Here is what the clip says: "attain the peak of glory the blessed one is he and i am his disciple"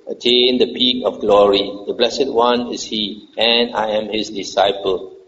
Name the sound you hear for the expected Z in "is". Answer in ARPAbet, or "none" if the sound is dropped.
S